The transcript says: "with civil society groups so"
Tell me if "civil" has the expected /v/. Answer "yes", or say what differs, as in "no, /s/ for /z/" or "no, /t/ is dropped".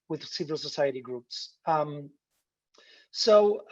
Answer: yes